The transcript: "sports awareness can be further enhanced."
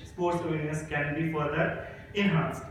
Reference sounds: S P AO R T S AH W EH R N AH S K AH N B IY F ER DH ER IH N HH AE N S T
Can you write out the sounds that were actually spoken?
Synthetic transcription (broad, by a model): S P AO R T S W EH L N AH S K AH N B IY F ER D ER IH N HH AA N S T